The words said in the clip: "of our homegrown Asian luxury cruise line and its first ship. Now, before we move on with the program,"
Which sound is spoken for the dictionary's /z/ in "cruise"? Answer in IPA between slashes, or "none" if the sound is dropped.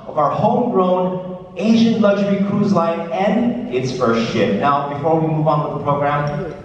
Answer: /z/